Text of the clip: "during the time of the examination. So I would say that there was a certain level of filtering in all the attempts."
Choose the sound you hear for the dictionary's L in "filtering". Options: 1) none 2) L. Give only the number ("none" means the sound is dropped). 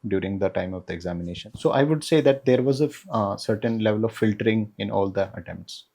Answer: 2